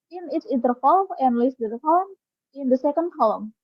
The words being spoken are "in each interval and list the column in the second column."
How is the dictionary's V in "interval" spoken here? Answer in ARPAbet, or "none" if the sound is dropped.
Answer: F